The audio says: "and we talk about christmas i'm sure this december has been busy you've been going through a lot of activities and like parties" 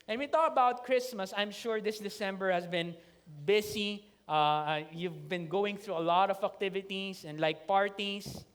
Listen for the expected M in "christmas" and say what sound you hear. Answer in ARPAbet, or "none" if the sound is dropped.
M